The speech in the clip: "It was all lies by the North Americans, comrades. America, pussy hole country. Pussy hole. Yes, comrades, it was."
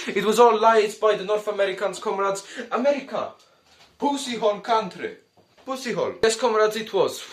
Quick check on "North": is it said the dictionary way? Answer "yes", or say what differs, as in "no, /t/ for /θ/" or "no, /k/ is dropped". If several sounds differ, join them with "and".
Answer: yes